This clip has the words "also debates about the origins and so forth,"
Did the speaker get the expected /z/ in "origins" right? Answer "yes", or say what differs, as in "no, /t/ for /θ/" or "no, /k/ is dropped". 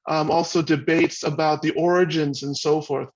yes